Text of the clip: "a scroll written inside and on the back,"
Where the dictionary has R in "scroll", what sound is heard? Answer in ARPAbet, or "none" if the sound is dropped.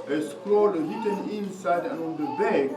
L